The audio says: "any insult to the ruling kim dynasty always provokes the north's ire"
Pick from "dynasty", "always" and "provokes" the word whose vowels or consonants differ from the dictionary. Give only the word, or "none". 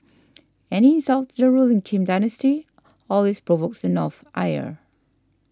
always